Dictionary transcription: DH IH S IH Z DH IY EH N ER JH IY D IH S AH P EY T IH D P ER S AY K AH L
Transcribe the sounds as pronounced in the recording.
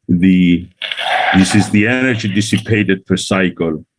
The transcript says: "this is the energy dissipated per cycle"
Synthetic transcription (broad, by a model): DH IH S IH Z DH IY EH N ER JH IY D IH S AH P EY T IH D F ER S AY K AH L